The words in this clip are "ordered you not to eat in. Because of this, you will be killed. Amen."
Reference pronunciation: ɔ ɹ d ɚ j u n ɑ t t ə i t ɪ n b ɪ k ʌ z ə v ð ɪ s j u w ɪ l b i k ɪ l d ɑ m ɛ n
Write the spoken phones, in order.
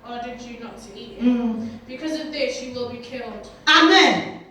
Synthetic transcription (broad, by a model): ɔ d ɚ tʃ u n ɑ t s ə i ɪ b ɪ k ʌ z ə v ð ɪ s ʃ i w ɪ l b i k ɪ l d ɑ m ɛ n